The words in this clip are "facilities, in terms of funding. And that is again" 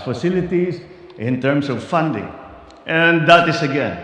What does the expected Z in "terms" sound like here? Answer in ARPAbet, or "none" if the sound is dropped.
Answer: S